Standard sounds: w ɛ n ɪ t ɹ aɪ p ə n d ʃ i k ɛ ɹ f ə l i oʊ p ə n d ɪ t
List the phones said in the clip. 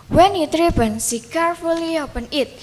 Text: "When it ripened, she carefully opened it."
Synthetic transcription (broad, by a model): w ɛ n ɪ t ɹ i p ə n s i k ɛ ɹ f ə l i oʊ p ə n ɪ t